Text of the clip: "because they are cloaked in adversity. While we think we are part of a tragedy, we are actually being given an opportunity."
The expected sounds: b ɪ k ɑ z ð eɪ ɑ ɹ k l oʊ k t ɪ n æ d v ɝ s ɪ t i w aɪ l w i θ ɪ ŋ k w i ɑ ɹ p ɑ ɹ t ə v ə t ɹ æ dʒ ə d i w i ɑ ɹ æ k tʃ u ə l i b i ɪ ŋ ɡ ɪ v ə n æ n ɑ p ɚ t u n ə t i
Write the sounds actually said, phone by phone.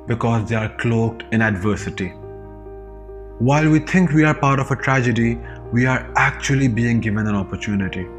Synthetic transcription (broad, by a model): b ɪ k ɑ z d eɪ ɑ ɹ k l oʊ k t ɪ n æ d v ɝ s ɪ t i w aɪ l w i t ɪ ŋ k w i ɑ ɹ p ɑ ɹ t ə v ə t ɹ æ dʒ ə d i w i ɑ ɹ æ k tʃ u ə l i b i ɪ ŋ ɡ ɪ v ə n æ n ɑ p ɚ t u n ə t i